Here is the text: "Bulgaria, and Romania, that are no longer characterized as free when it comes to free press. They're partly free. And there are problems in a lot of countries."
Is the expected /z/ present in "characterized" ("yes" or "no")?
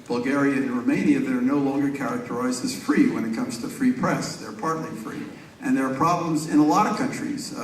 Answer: yes